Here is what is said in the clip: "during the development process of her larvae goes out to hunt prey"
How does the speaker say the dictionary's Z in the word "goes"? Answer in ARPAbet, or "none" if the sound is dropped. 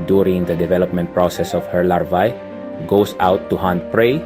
S